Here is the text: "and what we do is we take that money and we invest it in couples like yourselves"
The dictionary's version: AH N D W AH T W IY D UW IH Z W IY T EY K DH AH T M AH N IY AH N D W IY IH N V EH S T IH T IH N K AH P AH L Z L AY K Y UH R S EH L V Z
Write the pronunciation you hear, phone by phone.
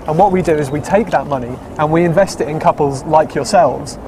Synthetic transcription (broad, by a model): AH N W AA T W IY D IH IH Z W IY T EY K DH AH T M AH N IY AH N W IY IH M V EH S T IH T IH N K AH P AH L Z L AY K Y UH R S EH L V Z